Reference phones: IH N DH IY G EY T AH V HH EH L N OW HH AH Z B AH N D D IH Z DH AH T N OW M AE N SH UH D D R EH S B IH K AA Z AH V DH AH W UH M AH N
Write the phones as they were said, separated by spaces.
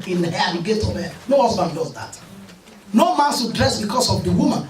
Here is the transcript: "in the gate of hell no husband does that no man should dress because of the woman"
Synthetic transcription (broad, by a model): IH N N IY G EY T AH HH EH N OW HH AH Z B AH N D D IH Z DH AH T N OW M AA N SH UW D D R EH S B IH K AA S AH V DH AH W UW M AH N